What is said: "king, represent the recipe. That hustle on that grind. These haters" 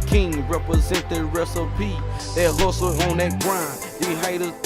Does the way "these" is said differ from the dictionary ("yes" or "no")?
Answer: yes